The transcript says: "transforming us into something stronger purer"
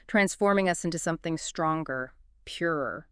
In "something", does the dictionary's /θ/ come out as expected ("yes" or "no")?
yes